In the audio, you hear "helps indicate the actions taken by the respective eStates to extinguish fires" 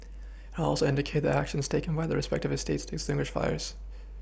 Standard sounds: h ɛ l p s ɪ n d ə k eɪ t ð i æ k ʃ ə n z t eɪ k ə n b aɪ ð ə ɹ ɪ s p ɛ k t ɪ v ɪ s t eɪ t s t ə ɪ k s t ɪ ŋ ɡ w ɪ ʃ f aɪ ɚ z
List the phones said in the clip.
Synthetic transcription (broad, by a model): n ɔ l s ɪ n d ə k eɪ t ð i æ k ʃ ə n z t eɪ k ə n b aɪ ð ə ɹ ɪ s p ɛ k t ɪ v ɪ s t eɪ t s t ə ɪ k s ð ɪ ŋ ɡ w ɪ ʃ f aɪ ɚ z